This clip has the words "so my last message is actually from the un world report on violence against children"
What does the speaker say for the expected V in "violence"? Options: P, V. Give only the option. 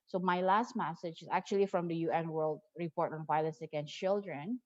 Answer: P